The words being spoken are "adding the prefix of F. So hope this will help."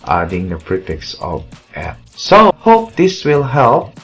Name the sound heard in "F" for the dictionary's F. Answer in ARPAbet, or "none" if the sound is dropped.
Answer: P